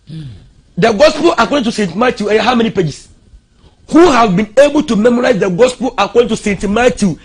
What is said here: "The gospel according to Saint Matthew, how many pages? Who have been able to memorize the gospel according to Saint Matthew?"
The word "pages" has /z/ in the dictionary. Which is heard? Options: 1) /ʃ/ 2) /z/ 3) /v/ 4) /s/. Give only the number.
4